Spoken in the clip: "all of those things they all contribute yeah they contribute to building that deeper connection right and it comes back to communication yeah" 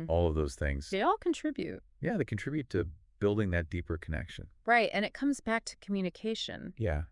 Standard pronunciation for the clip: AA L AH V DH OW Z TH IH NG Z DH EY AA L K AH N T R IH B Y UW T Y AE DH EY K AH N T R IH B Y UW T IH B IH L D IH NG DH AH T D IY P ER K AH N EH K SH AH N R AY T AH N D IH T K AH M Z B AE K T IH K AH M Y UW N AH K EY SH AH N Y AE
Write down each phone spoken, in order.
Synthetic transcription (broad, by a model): AA L AH V DH OW Z TH IH NG Z DH EY AA L K N T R IH B Y UW T Y AE DH EY K N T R IH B Y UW T IH B IH L D IH NG DH AH T D IY P ER K AH N EH K SH AH N R AY T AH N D IH T K AH M Z B AE K T IH K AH M Y UW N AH K EY SH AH N Y AE